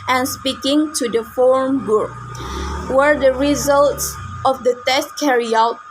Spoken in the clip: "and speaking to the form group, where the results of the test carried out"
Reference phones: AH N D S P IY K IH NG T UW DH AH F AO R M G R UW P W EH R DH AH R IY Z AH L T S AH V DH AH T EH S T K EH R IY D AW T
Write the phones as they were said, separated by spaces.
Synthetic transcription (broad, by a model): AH N S P IY K IH NG T UW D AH F AO R M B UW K W EH R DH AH R IY Z AH L T S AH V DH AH T EH S T K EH R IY AW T